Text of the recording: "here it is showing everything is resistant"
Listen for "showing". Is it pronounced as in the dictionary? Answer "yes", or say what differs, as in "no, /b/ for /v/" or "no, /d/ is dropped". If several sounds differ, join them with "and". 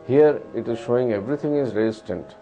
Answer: yes